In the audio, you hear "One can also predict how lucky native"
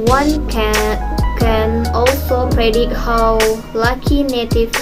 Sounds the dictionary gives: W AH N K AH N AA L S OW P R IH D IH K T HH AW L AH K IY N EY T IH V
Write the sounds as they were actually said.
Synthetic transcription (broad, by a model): W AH N K AH N AA L S OW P R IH D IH T HH AW L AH K IY N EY T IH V